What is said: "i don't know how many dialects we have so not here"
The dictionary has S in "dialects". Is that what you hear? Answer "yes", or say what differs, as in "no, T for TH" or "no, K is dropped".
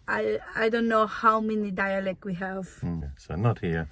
no, S is dropped